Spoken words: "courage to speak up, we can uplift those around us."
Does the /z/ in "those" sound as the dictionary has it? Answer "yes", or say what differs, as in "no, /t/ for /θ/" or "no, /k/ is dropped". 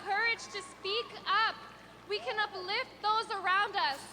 yes